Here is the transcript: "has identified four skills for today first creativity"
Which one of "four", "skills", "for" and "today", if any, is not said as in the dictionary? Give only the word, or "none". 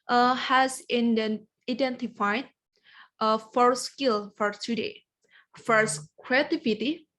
skills